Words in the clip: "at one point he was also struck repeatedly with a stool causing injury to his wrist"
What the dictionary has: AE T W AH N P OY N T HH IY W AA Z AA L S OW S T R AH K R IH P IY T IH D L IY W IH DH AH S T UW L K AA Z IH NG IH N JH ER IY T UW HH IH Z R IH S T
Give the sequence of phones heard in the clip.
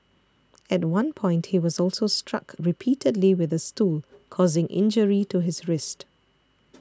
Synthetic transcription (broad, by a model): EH T W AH N P OY N T HH IY W AA Z AA L S OW S T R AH K R IH P IY T IH D L IY W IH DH AH S T UW L K AA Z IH NG IH N JH ER IY T UW HH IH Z R IH S T